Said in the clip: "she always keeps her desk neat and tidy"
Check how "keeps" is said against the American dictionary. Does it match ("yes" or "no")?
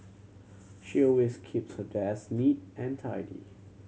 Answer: yes